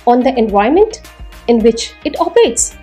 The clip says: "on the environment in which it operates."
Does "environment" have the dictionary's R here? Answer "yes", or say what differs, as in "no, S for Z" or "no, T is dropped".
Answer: no, R is dropped